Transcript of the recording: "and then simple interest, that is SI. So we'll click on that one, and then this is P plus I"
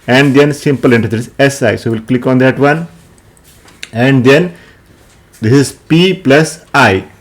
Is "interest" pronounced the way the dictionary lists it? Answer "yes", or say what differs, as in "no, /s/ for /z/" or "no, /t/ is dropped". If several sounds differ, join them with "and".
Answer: no, /s/ is dropped